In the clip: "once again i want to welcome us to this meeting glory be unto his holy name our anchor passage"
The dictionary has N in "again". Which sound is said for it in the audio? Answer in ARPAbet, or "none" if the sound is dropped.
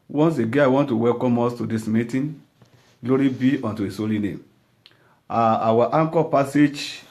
none